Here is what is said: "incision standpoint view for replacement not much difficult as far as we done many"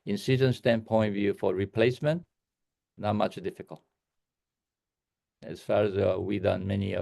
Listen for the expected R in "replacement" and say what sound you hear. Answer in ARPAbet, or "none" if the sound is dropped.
R